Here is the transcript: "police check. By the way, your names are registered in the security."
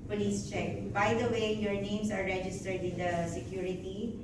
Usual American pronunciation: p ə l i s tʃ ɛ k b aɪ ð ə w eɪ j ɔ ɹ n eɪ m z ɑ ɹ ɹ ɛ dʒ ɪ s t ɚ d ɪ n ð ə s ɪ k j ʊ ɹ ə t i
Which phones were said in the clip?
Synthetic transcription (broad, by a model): p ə l i s tʃ ɛ k b aɪ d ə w eɪ j ɔ ɹ n eɪ m s ɑ ɹ ɹ ɛ dʒ ɪ s t ɚ d ɪ n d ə s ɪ k j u ɹ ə t i